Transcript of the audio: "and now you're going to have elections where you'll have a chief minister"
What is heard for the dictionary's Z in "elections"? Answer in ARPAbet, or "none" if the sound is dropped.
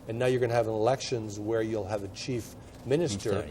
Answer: Z